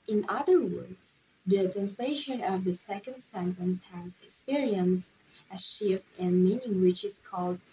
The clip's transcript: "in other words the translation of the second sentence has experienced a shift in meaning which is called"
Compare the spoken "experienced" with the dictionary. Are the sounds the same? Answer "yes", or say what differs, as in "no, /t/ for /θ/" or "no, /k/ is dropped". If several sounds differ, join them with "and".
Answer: yes